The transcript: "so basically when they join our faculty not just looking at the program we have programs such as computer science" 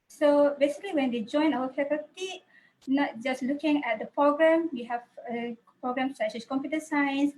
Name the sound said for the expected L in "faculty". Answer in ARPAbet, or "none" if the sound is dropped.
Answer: none